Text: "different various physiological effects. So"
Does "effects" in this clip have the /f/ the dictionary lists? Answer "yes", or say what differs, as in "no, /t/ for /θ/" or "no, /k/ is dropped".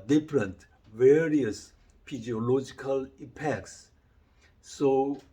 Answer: no, /p/ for /f/